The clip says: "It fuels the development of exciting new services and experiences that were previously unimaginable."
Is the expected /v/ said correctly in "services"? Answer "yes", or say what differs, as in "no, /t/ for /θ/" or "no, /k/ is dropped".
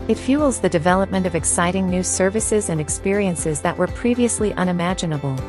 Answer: yes